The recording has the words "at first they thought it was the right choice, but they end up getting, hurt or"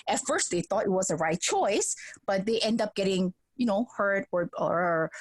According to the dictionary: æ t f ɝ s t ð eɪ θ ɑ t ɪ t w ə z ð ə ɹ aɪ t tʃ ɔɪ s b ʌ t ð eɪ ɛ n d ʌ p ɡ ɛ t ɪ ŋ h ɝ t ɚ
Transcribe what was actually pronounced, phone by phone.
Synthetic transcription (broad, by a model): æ t f ɝ s t ð eɪ θ ɑ t ɪ t w ə z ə ɹ aɪ t tʃ ɔɪ s b ʌ t ð eɪ ɛ n d ʌ p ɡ ɛ t ɪ ŋ h ɝ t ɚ